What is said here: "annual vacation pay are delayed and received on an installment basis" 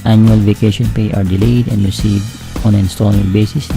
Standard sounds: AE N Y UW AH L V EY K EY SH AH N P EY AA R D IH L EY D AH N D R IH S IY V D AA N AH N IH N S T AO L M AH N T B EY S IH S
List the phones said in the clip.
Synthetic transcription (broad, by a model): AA N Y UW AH L V EY K EY SH AH N P EY AA R D IH L EY D AH N D R IH S IY V D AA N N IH N S T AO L AH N B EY S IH S